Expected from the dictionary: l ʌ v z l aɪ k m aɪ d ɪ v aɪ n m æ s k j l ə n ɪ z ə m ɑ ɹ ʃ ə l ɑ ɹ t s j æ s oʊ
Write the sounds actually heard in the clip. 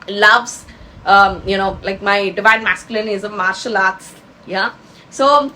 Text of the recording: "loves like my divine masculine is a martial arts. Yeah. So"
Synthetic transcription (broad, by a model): l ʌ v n l aɪ k m aɪ d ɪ v aɪ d m æ s k j l ə n ɪ z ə m ɑ ɹ ʃ ə l ɑ ɹ t s j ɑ s oʊ